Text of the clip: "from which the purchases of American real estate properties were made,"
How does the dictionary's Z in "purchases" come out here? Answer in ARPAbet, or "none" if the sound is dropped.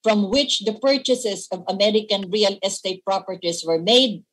S